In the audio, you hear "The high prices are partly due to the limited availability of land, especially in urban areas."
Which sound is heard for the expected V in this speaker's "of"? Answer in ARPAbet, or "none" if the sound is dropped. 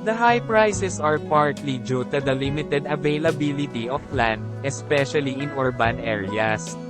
P